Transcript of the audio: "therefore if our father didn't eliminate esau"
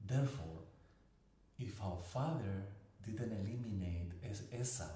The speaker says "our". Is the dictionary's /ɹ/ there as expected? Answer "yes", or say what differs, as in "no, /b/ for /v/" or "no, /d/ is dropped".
no, /w/ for /ɹ/